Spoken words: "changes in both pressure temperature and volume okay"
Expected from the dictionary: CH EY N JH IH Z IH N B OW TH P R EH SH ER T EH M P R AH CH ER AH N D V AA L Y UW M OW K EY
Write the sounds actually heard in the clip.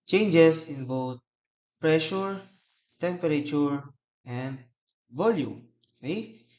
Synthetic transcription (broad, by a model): CH EY N JH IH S IH N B OW T P R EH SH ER T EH M P R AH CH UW AH N D V AA L Y UW M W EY